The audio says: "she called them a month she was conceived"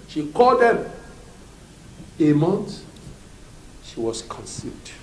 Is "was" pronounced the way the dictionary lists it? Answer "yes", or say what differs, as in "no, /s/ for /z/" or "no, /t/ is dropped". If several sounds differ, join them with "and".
no, /s/ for /z/